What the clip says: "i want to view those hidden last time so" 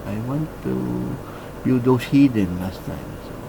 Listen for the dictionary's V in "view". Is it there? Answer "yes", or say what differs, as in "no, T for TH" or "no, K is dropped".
no, B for V